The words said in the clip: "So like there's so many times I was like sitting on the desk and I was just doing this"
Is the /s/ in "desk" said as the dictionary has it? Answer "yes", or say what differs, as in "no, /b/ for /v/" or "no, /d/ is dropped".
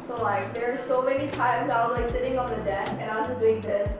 no, /s/ is dropped